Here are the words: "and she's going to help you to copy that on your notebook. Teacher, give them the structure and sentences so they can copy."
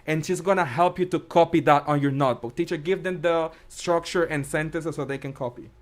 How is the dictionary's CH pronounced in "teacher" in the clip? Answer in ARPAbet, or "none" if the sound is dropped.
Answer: CH